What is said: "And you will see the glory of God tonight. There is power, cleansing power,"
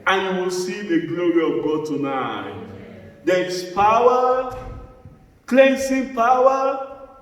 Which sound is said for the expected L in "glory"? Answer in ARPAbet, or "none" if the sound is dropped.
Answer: L